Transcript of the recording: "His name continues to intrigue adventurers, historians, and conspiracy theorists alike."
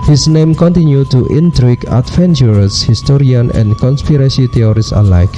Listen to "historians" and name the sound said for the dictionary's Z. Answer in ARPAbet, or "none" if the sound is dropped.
none